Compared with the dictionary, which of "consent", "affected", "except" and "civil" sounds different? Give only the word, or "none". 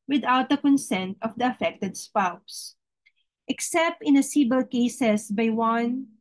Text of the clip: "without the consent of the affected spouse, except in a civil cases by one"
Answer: civil